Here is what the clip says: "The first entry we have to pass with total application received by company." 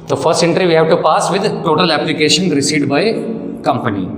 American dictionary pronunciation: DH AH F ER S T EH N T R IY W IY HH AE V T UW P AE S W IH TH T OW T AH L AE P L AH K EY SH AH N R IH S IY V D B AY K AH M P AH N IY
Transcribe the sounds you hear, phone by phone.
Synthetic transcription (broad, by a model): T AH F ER S T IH N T R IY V IY HH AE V T UW P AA S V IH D T OW T AH L AE P L AH K EY SH AH N R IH S IY D B AY K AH M P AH N IY